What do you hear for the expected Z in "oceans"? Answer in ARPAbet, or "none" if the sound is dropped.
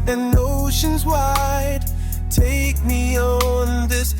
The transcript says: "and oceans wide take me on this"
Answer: Z